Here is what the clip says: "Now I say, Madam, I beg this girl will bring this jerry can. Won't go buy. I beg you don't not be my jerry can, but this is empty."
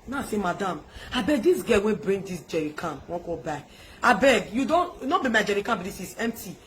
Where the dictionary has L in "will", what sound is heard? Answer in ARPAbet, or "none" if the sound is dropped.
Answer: N